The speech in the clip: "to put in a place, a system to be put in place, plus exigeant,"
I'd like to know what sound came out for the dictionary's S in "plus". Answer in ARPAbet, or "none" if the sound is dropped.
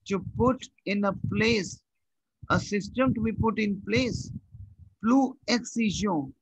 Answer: none